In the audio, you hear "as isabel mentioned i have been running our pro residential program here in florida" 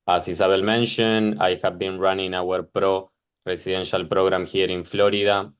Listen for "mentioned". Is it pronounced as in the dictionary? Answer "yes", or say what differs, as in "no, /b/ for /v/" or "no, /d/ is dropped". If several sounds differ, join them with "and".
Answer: no, /d/ is dropped